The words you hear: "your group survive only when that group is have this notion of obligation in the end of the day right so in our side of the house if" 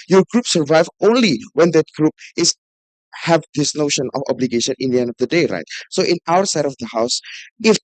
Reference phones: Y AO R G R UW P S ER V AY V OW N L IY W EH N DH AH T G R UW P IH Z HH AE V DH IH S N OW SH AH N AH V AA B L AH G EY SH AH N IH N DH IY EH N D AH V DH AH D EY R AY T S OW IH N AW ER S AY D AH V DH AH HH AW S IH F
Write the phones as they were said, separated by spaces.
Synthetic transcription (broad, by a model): Y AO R G R UW P S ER V AY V OW N L IY W EH N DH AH T G R UW P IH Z HH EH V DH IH S N OW SH AH N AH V AA B L AH G EY SH AH N IH N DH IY EH N D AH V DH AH D EY R AY T S OW IH N AW ER S AY D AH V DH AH HH AW S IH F